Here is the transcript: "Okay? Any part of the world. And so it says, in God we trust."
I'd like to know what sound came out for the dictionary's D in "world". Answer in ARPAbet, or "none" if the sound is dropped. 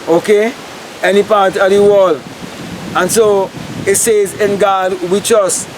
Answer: none